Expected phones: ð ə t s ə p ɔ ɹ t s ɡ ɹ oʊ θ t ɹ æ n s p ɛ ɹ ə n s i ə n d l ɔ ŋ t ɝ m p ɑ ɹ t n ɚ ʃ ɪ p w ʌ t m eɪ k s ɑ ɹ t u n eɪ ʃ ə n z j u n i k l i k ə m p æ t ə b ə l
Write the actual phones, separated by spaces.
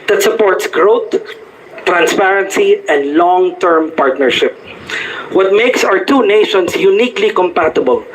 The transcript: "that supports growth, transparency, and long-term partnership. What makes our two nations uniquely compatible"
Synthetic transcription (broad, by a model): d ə t s ə p ɔ ɹ t s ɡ ɹ oʊ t ɹ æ n s p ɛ ɹ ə n s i ə n d l ɔ ŋ t ɝ m p ɑ ɹ t n ɚ ʃ ɪ p w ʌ t m eɪ k s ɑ w t u n eɪ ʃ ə n s j u n i k l i k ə m p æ t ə b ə l